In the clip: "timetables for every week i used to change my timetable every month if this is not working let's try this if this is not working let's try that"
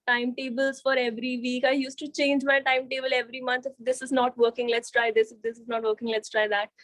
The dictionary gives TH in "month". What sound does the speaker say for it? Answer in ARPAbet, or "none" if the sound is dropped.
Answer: T